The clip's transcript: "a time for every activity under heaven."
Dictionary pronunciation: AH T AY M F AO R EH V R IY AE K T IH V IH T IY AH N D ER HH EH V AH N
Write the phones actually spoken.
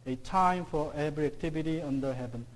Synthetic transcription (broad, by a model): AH T AY M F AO R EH B R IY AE K T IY B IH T IY AH N D ER HH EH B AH N